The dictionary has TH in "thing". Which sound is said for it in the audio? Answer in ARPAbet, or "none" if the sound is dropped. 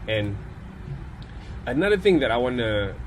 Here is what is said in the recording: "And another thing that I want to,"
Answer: TH